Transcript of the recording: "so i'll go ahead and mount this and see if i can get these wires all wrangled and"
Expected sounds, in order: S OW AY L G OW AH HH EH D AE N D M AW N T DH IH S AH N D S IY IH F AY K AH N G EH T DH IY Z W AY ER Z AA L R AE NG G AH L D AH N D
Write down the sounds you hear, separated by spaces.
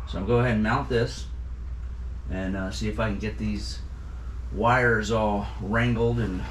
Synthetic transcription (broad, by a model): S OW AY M G OW AH HH EH D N M AW N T DH IH S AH N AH S IY IH F AY K N G EH T DH IY Z W AY ER Z AA L R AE NG G L D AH N